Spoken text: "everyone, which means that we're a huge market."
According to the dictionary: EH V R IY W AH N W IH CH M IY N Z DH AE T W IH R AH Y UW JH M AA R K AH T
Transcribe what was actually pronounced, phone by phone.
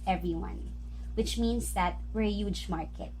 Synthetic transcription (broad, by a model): EH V R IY W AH N W IH CH M IY N S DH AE T W IH R AH Y UW JH M AA R K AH T